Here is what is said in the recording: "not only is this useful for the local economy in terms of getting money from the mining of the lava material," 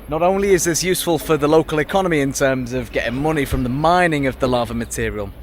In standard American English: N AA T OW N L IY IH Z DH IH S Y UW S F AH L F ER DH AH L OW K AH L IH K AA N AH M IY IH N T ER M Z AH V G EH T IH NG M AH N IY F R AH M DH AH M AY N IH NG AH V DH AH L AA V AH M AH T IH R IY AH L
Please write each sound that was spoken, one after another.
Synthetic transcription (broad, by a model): N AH T OW N L IY IH Z DH IH S Y UW S F AH L F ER DH AH L OW K AH L IH K AA N AH M IY IH N T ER M Z AH V G EH T IH NG M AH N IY F R AH M DH AH M AY N IH NG AH V DH AH L AA V AH M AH T IH R IY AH L